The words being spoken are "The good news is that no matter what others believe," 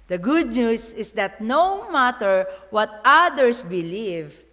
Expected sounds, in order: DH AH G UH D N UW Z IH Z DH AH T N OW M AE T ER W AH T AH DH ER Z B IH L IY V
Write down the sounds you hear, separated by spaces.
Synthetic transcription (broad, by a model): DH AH G UH D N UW S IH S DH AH T N OW M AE T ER W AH T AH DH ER S B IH L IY V